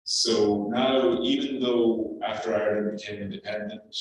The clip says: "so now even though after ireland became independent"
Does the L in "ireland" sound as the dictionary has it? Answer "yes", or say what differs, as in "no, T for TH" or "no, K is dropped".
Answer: no, L is dropped